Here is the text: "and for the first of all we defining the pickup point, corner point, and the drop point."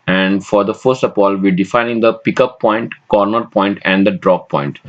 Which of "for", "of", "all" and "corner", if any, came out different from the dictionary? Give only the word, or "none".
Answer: of